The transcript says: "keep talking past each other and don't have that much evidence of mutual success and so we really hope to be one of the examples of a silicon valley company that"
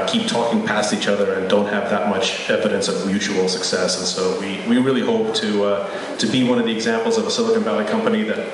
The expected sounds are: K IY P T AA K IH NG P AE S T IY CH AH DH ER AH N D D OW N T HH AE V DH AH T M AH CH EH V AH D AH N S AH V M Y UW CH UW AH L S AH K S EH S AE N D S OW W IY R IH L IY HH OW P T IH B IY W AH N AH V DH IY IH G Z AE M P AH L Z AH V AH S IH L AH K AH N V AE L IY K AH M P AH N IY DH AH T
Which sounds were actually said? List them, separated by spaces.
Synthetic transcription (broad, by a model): K IY P T AA K IH NG P AE S T IY CH AH DH ER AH N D D OW N T HH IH V DH AH T M AH CH EH V AH D AH N S AH V M Y UW CH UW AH L S AH K S EH S N S OW W IY R IH L IY HH OW P T IH B IY W AH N AH V DH IY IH G Z AE M P L Z AH V AH S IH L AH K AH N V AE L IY K AH M P AH N IY DH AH T